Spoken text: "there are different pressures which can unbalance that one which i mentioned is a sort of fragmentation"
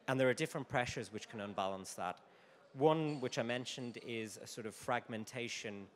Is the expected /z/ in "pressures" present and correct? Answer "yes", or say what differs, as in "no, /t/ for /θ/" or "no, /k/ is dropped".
yes